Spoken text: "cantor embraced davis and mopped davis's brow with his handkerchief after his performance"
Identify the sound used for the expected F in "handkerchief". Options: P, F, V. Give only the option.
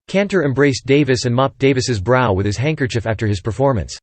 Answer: F